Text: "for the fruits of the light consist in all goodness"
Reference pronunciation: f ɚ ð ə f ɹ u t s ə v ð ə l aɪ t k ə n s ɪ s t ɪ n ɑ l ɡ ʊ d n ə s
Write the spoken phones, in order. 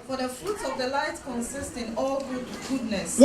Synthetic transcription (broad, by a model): f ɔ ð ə f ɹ u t ə v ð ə l aɪ t k ə n s ɪ s t ɪ n ɑ l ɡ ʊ d n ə s